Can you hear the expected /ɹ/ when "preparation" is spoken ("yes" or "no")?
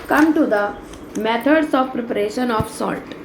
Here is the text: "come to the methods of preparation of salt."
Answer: yes